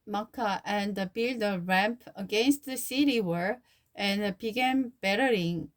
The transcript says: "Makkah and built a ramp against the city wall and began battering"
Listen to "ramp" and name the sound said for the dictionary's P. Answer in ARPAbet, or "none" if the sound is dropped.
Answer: P